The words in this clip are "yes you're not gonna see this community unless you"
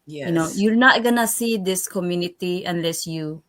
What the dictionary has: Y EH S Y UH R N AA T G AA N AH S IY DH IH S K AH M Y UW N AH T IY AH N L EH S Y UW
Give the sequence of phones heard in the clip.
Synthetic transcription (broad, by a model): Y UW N Y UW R N AA T G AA N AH S IY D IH S K AH M Y UW N AH T IY AH N L EH S Y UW